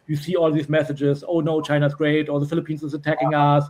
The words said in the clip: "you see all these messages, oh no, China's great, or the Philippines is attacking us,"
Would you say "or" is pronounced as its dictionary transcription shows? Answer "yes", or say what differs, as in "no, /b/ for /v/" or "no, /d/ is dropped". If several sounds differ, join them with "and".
no, /l/ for /ɹ/